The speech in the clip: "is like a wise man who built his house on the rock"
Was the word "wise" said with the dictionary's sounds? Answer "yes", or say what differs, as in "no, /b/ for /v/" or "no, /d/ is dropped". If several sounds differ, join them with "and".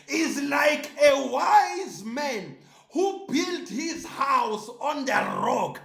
yes